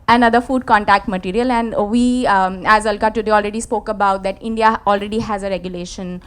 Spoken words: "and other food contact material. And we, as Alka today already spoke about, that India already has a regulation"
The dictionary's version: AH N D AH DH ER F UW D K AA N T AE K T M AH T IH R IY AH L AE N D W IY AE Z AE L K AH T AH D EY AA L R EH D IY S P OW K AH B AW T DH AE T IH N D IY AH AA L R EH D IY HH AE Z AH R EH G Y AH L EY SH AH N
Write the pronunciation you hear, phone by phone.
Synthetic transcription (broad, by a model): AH N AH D ER F UW D K AA N T AE K T M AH T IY R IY AH L AE N D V IY AE Z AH L K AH T AH D EY AA L R EH D IY S P OW K AH B AW T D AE T IH N D IY AH AA L R EH D IY HH AE Z AH R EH G Y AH L EY SH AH N